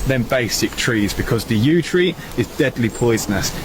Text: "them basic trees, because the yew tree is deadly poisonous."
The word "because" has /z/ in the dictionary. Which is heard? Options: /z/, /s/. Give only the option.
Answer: /z/